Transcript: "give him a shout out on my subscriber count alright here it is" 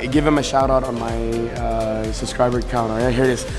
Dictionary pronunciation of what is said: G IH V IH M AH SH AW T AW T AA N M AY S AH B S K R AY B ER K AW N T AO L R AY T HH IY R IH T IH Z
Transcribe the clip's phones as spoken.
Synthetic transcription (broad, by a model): G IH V IH M AH SH AW T AW T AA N M AY S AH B S K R AY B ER K AW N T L AY HH IY R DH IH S